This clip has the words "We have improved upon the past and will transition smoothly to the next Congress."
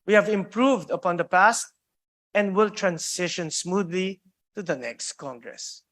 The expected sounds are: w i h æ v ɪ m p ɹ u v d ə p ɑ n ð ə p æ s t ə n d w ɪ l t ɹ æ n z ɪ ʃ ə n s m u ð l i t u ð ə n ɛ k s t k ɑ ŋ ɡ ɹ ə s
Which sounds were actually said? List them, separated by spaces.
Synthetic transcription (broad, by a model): w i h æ v ɪ m p ɹ u v d ə p ɑ n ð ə p æ s t ə n d w ɪ l t ɹ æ n s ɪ ʃ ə n s m u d l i t u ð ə n ɛ k s t k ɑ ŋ ɡ ɹ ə s